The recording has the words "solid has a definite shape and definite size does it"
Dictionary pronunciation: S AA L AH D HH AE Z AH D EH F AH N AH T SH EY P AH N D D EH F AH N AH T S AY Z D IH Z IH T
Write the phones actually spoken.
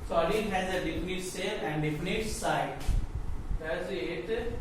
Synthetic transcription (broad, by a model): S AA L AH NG HH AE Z AH D EH F AH N AH T S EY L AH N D D EH F AH N AH T S AY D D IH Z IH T